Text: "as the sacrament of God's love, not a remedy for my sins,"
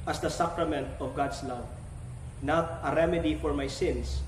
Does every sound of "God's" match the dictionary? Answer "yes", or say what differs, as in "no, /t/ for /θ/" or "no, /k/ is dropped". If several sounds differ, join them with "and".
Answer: no, /s/ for /z/